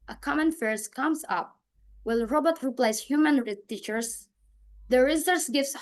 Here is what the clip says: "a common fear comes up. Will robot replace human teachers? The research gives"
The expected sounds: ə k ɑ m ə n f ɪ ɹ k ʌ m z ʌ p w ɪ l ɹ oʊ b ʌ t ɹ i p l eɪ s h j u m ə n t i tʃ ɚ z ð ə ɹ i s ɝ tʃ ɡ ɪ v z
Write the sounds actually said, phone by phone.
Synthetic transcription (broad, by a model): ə k ɑ m ə n f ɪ ɹ k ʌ m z ʌ p w ɪ l ɹ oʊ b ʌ t ɹ i p l eɪ s h j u m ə n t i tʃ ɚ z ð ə ɹ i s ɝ s ɡ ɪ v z